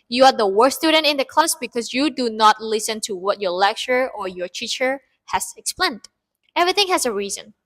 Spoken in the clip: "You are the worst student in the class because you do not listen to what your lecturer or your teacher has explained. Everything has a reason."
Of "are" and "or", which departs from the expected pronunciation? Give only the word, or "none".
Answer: none